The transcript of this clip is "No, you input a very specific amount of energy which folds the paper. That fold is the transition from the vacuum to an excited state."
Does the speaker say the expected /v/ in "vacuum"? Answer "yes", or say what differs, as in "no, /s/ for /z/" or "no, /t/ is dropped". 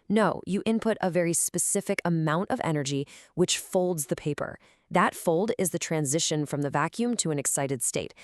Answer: yes